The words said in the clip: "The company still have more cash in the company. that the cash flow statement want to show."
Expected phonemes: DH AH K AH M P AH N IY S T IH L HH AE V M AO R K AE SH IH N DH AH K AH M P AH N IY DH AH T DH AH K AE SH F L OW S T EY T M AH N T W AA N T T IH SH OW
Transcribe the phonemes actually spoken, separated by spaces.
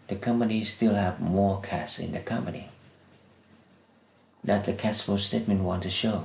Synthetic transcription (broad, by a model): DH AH K AH M P AH N IY S T IH L HH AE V M AO R K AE S IH N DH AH K AH M P AH N IY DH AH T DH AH K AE S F OW S T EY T M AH N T W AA N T T IH SH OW